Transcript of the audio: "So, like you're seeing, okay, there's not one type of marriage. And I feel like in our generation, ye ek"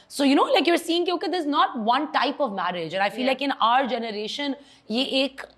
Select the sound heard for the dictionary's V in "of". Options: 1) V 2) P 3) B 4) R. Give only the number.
1